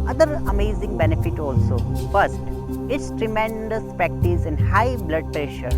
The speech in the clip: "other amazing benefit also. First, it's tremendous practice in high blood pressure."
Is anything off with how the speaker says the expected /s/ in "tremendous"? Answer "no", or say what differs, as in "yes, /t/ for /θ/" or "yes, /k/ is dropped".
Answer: no